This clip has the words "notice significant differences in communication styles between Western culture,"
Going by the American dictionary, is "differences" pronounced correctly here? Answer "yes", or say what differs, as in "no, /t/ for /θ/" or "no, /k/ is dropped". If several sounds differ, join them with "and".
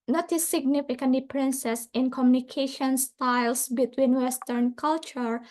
no, /p/ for /f/ and /s/ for /z/